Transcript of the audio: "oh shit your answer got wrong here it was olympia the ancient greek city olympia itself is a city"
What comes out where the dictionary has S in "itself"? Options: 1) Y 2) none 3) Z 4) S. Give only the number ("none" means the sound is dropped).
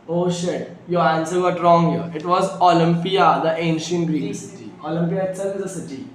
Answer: 2